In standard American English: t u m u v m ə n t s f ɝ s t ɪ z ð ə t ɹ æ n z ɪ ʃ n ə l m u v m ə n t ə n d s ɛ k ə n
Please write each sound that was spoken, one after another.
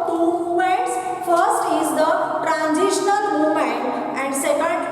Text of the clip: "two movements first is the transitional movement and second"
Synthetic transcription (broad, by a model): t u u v ə t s f ɝ s t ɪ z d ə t ɹ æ n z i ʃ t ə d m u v m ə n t ə n d s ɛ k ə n